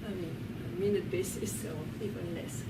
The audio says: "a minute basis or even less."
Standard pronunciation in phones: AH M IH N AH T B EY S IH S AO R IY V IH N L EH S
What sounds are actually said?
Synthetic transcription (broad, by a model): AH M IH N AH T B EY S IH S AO L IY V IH N L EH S